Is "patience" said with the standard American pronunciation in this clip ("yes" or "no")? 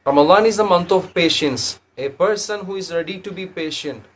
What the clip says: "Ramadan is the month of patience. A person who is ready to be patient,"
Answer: yes